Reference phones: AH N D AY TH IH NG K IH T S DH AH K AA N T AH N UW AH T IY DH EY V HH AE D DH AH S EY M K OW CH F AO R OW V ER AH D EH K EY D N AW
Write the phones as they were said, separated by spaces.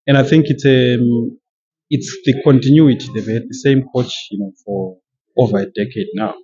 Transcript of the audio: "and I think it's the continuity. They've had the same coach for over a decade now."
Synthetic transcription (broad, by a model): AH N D AY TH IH NG K IH T S DH AH K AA N T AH N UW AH T IY DH EY V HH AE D DH AH S EY M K OW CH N AO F OW V ER AH D EH K EY D N AW